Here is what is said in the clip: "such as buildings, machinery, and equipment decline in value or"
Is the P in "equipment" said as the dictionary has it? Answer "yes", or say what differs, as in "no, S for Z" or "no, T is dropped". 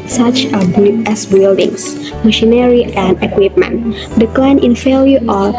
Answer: yes